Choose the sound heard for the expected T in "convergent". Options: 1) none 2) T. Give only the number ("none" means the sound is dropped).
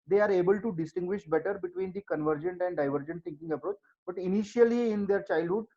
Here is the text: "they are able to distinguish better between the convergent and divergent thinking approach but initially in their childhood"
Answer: 2